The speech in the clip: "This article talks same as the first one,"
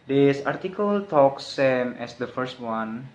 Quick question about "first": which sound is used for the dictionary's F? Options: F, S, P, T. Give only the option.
F